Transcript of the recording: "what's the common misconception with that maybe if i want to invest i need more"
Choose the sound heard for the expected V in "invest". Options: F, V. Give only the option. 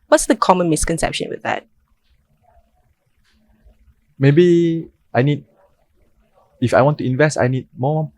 V